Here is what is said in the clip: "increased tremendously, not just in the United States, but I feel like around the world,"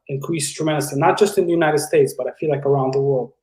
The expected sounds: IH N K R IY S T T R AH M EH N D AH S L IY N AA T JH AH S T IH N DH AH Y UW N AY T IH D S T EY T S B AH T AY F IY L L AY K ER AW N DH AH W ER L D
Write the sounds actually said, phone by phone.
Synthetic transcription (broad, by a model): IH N K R IY S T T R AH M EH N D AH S IY N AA T JH AH S T IH N DH AH Y UW N AY T IH D S T EY T S B AH T AY F IY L L AY K ER AW N DH AH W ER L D